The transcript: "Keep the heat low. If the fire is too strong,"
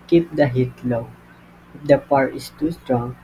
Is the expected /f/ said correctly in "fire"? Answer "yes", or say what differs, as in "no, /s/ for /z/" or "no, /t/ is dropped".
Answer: no, /p/ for /f/